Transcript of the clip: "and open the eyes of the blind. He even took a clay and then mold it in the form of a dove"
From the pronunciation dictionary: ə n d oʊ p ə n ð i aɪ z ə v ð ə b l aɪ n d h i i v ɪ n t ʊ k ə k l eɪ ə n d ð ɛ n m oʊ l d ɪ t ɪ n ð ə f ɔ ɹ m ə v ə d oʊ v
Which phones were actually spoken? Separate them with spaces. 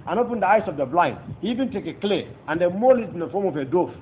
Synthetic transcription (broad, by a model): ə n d oʊ p ə n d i aɪ s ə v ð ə b l aɪ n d h i i v ɪ n t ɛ k ə k l eɪ ə n d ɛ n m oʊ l ɪ t ɪ n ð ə f ɔ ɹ m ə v ə d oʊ